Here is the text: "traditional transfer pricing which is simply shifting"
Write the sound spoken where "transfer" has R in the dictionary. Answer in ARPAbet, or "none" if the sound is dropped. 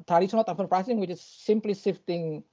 none